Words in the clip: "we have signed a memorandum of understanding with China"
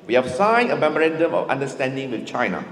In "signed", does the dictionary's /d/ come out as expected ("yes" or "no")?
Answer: no